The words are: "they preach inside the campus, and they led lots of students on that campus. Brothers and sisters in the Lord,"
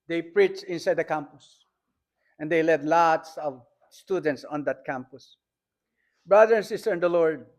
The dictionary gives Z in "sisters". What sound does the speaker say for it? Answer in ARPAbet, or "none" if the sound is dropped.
none